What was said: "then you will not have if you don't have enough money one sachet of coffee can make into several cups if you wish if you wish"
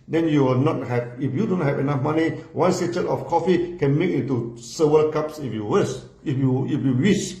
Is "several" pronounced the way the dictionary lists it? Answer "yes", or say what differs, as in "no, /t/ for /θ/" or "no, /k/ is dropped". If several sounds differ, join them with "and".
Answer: no, /ɹ/ is dropped